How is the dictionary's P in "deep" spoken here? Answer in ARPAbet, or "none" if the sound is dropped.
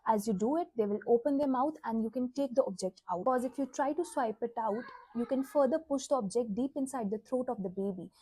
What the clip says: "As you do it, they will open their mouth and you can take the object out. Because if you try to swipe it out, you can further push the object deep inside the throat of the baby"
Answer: P